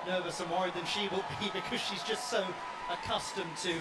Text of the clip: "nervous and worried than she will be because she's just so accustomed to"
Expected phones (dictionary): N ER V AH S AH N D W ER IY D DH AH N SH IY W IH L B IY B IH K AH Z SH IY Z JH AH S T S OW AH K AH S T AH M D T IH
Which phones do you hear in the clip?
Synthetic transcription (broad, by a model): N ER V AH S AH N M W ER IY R DH AH N SH IY W IH L B IY B IH K AH Z SH IY Z JH AH S T S OW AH K AH S T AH M T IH